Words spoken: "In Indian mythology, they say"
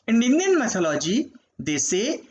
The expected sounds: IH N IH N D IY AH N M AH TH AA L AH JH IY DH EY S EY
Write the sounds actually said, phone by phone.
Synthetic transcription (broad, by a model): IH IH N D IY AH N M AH S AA L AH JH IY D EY S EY